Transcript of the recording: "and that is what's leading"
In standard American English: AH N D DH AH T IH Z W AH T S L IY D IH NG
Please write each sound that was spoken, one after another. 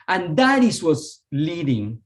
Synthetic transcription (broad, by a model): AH N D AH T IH S W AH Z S L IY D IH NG